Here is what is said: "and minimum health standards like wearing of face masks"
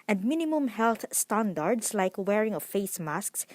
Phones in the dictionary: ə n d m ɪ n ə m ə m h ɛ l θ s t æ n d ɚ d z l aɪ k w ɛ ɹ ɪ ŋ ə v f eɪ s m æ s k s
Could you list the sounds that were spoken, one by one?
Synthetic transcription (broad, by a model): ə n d m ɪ n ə m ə m h ɛ l θ s t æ n d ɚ d s l aɪ k w ɛ ɹ ɪ ŋ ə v f eɪ s m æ s k s